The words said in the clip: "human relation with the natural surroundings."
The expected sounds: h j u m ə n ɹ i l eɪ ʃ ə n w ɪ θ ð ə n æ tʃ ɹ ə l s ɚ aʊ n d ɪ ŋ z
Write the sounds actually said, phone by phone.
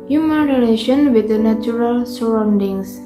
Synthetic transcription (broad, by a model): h j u m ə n ɹ i l eɪ ʃ ə n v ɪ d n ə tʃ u ɹ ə l s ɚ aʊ n d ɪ ŋ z